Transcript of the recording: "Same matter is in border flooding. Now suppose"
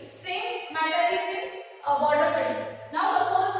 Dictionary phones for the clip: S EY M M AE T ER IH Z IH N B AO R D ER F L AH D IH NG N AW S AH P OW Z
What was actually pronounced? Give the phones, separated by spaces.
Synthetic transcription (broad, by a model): S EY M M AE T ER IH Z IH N B AO R D ER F AH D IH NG N AW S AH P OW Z